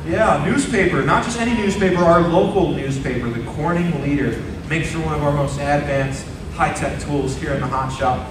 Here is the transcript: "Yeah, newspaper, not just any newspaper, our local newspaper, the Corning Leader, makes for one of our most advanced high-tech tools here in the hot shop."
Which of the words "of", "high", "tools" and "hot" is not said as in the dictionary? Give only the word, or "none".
none